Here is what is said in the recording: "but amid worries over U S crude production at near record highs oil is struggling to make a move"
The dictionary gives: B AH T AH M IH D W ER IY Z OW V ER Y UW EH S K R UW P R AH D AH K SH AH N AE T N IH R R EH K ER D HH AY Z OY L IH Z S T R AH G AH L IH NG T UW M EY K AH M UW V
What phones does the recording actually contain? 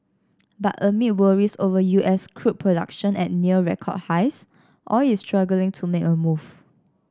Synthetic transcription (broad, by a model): B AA T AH M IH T W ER IY S OW V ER Y UW EH S K R UW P R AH D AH K SH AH N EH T N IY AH R EH K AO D HH AY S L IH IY S T R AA G AH L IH NG T UW M EY K AH M UW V